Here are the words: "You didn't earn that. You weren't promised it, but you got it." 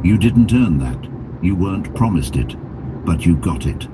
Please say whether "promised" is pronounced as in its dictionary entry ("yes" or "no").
yes